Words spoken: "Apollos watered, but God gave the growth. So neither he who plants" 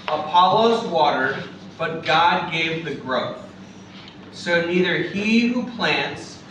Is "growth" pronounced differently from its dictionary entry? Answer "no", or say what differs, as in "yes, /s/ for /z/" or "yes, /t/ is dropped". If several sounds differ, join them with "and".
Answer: no